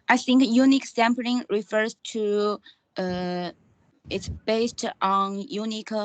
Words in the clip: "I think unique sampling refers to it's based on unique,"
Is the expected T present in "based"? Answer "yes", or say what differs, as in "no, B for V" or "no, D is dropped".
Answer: yes